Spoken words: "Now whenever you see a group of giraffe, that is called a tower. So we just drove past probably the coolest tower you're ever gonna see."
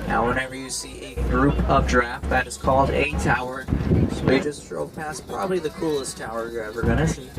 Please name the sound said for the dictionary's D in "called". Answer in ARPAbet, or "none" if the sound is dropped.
D